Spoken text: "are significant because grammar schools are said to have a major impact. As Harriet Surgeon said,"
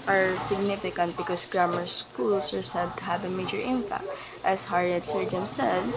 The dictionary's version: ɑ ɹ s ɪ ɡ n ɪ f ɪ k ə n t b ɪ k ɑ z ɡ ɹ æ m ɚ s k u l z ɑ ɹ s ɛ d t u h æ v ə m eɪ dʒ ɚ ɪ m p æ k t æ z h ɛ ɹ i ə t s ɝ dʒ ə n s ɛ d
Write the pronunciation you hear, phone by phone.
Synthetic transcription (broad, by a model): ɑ ɹ s ɪ ɡ n ɪ f ɪ k ə n t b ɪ k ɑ s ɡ ɹ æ m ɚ s k u l s ɑ ɹ s ɛ d t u h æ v ə m eɪ dʒ ɚ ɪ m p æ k t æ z h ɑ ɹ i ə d s ɝ dʒ ə n s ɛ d